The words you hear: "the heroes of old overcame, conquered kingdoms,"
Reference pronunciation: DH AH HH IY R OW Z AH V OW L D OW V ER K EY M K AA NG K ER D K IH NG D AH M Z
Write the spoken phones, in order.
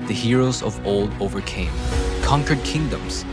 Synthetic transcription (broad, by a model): DH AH HH IY R OW Z AH V OW L D OW V ER K EY M K AA NG K ER D K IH NG D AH M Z